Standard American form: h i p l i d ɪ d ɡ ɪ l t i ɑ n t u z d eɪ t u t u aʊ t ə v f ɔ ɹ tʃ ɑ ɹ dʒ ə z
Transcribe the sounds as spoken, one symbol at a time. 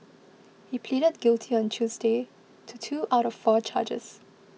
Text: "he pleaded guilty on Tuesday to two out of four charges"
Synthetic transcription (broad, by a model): h i p l i d ɪ d ɡ ɪ l t i ɑ n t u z d eɪ t u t u aʊ t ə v f ɔ tʃ ɑ dʒ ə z